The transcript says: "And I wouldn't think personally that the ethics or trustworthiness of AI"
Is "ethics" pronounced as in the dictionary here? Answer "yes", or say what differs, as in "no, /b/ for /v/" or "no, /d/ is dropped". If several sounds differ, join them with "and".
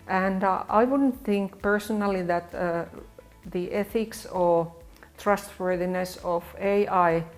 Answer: yes